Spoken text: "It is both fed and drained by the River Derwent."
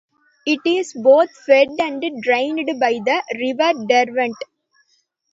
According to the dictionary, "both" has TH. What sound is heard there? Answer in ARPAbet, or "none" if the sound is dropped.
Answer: T